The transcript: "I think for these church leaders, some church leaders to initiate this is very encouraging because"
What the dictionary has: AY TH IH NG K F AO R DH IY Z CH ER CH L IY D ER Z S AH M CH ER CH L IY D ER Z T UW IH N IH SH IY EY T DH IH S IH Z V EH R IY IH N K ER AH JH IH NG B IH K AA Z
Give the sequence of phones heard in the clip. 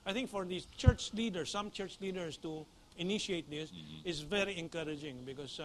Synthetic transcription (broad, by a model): AY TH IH NG K F AO R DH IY CH ER CH L IY D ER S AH M CH ER CH L IY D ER S T UW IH N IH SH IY EY T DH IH S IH S V EH R IY IH N K ER AH JH IH NG B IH K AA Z